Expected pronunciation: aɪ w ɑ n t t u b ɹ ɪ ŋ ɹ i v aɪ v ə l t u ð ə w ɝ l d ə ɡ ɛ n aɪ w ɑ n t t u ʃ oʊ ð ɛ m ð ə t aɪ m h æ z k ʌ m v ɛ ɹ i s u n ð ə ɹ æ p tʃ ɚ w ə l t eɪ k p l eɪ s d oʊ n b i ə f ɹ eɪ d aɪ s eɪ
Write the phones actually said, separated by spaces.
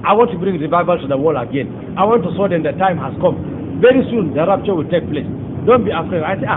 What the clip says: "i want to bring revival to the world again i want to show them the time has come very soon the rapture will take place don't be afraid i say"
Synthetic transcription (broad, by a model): aɪ w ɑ n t t u b ɹ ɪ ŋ ɹ i v aɪ v ə l t u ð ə w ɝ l ə ɡ ɛ n aɪ w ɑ n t t u s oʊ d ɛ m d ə t aɪ m h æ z k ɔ m v ɛ ɹ i s u n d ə ɹ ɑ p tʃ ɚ w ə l t eɪ k p l eɪ s d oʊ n b i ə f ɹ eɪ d aɪ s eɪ